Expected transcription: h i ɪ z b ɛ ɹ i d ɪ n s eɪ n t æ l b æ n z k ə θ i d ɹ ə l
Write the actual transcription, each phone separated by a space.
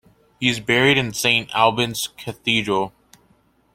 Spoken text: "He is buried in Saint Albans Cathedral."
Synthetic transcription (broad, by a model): h i ɪ z b ɛ ɹ i d ɪ n s eɪ n t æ l b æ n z k ə θ i d ɹ ə l